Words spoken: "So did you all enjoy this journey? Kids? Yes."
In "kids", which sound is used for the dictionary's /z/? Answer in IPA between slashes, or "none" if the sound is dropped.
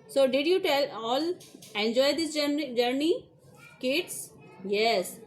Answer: /s/